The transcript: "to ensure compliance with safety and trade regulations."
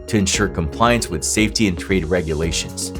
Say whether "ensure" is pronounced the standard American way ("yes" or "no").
yes